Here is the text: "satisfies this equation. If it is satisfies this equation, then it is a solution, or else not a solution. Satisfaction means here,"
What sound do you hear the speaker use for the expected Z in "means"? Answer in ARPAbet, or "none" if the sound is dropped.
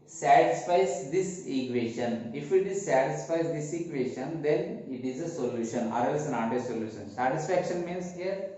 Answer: S